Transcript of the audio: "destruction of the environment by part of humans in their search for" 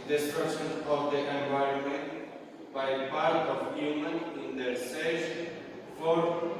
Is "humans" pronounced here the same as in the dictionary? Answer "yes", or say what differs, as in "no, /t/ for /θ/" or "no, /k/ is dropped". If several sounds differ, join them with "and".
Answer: no, /z/ is dropped